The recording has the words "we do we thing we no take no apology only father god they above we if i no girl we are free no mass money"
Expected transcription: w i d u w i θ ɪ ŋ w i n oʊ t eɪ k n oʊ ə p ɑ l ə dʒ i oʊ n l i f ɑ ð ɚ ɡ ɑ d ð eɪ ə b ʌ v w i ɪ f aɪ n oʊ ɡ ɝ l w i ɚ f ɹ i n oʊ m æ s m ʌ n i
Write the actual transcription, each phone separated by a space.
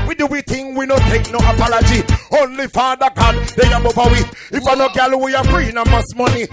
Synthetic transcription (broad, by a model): w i d u w i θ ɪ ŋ w i n oʊ t eɪ k n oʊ ə p ɑ l ə dʒ i oʊ n l i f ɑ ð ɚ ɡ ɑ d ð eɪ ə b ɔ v w i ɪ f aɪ n oʊ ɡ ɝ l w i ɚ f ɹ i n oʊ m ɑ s m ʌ n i